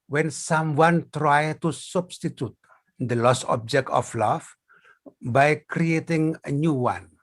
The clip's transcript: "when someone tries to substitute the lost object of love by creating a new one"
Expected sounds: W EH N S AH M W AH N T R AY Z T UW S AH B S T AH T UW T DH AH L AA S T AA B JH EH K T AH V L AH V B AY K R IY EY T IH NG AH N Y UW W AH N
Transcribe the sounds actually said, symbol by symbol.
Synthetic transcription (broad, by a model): W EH N S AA M W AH N T R AY T UW S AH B S T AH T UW T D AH L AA S AA B JH EH K T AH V L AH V B AY K R IY EY T IH NG AH N Y UW W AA N